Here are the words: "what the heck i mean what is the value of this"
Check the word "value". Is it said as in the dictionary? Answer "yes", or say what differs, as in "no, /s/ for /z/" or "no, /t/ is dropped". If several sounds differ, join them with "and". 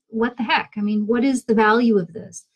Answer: yes